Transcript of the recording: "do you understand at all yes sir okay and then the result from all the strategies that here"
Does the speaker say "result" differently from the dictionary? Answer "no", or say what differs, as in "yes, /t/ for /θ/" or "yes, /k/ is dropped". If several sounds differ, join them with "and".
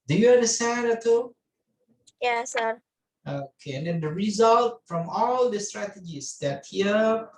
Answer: no